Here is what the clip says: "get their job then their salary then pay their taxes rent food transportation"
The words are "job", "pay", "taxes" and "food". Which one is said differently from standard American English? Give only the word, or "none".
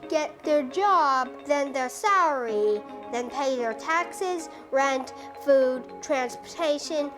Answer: none